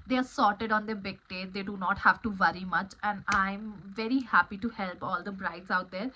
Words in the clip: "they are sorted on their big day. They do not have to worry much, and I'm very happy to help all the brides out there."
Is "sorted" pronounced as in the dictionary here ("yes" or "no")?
yes